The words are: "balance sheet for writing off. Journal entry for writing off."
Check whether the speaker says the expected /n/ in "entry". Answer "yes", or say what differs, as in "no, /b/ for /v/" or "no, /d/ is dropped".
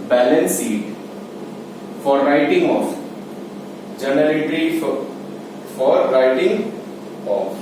no, /n/ is dropped